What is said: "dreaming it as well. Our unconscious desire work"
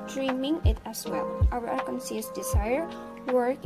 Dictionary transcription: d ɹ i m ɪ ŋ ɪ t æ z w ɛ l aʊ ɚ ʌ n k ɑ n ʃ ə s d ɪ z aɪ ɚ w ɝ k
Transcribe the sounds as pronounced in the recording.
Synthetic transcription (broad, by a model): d ɹ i m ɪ ŋ ɪ t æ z w ɛ l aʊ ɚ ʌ k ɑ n s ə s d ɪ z aɪ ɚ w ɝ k